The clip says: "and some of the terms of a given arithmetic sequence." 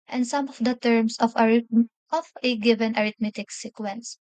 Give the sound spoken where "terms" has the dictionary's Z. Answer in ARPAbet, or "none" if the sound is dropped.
S